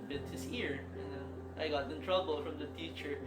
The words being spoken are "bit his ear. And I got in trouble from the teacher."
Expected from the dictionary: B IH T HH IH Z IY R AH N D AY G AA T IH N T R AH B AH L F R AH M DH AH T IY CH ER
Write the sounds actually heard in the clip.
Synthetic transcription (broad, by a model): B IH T HH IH S IY R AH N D AY G AA T IH N T R AH B AH L F R AH M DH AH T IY CH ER